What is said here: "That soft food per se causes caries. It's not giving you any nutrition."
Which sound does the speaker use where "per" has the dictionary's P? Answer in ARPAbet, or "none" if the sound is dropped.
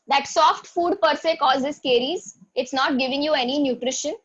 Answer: P